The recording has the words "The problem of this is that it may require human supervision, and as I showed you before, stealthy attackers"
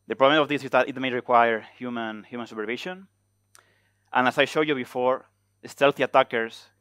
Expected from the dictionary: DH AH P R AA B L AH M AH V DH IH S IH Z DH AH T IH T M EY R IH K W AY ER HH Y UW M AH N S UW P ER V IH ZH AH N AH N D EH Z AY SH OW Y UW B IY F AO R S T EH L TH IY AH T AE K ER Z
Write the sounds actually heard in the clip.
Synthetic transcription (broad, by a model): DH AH P R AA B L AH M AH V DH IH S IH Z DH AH T IH T M EY R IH K W AY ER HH Y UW M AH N S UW P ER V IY SH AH N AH N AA S AY SH OW Y UW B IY F AO R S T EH L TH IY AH T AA K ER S